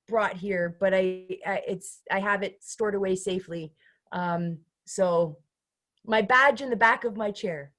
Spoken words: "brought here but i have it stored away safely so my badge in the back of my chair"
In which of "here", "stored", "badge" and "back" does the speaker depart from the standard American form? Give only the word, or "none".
none